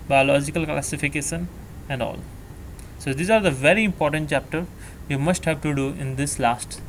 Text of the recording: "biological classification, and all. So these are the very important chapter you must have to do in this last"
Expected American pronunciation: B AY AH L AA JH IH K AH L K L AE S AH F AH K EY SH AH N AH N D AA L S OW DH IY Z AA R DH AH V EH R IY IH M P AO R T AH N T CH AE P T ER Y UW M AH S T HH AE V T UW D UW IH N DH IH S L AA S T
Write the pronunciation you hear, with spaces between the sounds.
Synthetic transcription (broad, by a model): B AY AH L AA JH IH K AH L K L AE S AH F AH K EY SH AH N AH N D AA L S OW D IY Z AA R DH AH V EH R IY IH M P AO R T AH N T CH AE P T ER Y UW M AH S T HH AE V T UW D UW IH N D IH S L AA S T